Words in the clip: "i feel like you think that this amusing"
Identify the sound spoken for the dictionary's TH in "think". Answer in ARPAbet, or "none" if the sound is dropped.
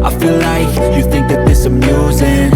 TH